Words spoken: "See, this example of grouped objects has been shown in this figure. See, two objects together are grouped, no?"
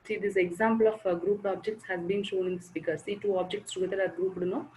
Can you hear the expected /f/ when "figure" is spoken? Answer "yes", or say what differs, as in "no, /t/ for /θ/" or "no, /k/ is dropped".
no, /p/ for /f/